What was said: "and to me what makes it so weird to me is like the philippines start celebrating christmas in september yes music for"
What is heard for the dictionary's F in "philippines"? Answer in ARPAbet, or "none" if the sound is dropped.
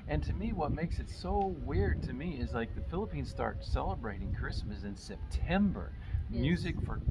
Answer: F